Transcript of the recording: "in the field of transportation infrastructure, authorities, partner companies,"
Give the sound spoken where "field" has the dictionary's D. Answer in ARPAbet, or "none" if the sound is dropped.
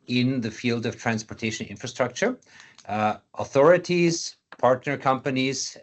D